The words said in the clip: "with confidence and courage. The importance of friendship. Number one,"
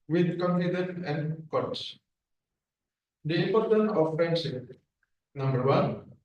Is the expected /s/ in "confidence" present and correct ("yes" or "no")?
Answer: no